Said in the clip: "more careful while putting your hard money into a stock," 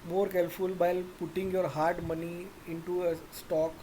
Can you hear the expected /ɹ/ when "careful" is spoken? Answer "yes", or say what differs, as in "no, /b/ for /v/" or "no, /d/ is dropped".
no, /l/ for /ɹ/